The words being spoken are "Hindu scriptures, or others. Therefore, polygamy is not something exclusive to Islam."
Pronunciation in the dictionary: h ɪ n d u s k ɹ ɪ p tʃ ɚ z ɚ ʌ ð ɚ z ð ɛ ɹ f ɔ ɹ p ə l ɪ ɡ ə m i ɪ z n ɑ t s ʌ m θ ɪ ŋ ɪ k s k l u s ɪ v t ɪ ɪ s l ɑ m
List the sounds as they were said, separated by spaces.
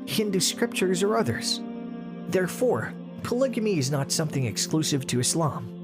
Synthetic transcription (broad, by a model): h ɪ n d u s k ɹ ɪ p tʃ ɚ z ɚ ʌ ð ɚ z ð ɛ ɹ f ɔ ɹ p ə l ɪ ɡ ə m i ɪ z n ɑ t s ʌ m θ ɪ ŋ ɪ k s k l u s ɪ v t ɪ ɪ s l ɑ m